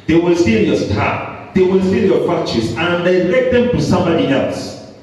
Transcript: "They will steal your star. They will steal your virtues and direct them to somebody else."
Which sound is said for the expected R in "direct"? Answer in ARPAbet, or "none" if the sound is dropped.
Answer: L